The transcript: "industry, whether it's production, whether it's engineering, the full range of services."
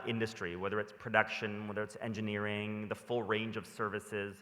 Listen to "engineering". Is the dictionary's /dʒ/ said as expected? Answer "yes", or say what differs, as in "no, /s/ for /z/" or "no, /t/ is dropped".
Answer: yes